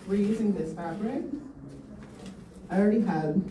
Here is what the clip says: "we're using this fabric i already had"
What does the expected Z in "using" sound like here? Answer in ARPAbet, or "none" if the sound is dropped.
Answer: Z